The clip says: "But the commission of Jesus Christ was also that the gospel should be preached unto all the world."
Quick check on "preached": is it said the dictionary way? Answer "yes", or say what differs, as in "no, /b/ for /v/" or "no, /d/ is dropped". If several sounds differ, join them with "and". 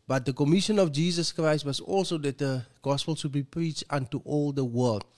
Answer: yes